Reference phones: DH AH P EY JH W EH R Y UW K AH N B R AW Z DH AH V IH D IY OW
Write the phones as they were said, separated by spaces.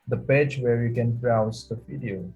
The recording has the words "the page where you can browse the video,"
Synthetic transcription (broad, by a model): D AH P EY JH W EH R Y UW K AH N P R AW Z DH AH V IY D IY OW